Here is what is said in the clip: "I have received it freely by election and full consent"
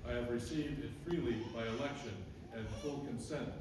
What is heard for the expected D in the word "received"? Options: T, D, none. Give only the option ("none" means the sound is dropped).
D